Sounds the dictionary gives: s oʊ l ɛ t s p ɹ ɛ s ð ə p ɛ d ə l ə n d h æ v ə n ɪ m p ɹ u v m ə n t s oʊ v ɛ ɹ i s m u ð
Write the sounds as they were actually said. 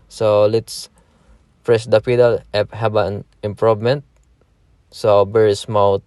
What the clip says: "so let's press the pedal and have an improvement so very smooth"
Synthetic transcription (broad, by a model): s oʊ l ɛ t s p ɹ ɛ s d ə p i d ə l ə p h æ b ə n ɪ m p ɹ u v m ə n t s oʊ b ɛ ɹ s m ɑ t